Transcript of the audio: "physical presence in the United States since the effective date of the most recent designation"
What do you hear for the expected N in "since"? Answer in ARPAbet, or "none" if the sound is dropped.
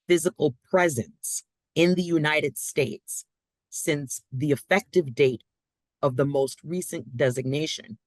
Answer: N